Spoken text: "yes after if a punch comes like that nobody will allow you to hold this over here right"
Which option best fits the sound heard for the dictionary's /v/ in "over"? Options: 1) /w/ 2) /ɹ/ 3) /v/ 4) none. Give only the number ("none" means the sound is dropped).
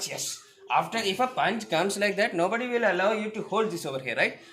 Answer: 3